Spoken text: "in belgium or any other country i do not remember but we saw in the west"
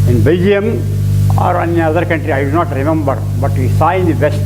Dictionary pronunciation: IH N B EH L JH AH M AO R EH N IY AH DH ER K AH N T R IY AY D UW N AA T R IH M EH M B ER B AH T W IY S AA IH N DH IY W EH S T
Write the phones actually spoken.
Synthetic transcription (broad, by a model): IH N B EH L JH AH M AO R EH N IY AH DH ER K AH N T R IY AY D UW N AA T R IH M EH M B ER B AH T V IY S AA IH N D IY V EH S T